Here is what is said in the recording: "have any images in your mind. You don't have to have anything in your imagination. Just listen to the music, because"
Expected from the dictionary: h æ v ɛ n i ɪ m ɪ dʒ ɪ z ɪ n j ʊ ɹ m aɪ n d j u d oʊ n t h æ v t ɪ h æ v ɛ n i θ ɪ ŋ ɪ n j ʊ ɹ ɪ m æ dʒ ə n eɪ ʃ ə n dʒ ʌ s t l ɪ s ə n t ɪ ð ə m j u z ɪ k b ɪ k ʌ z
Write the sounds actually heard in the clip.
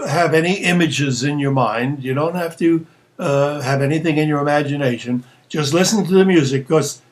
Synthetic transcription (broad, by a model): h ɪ v ɛ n i ɪ m ɪ dʒ ɪ z ɪ n j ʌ ɹ m aɪ n d j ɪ d oʊ n t h æ f t ɪ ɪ v ɛ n i θ ɪ ŋ ɪ n j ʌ ɹ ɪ m æ dʒ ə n eɪ ʃ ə n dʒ ʌ s t l ɪ s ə n t ɪ ð ə m j u z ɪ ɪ k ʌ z